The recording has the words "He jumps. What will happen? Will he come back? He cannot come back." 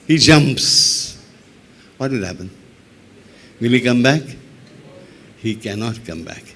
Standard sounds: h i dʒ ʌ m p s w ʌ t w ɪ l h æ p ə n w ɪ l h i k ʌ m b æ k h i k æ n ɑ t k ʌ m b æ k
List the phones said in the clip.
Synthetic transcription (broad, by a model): h i dʒ ʌ m p s w ʌ t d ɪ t h æ p ə n w ɪ l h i k ʌ m b æ k h i k æ n ɑ t k ʌ m b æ k